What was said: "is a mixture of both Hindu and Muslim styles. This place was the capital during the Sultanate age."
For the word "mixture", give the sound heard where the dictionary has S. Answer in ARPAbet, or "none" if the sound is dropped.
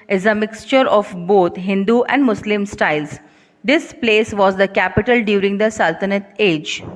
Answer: S